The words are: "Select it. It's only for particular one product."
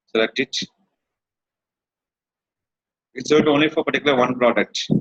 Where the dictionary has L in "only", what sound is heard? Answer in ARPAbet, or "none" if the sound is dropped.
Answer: L